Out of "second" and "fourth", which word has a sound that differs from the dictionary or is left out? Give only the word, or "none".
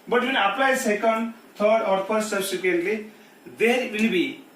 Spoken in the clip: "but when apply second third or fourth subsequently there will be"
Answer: fourth